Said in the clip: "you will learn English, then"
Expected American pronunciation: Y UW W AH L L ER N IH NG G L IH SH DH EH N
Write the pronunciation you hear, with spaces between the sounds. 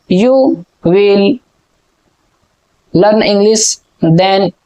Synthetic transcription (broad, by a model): Y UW W AH L L ER N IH NG G L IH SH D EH N